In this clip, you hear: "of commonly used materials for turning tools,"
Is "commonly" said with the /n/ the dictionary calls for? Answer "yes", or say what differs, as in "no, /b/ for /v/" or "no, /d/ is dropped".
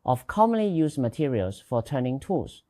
yes